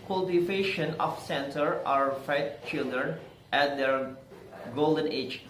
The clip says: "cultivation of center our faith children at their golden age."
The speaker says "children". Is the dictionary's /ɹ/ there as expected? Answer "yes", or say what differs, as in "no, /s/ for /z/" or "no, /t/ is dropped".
yes